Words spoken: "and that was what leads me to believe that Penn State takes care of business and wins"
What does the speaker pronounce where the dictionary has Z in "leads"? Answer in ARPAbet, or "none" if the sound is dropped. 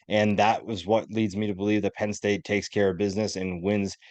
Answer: Z